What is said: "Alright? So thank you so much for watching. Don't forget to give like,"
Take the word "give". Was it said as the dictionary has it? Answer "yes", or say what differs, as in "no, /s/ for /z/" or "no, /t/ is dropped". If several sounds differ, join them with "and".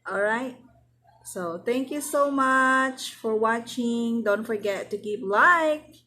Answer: no, /p/ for /v/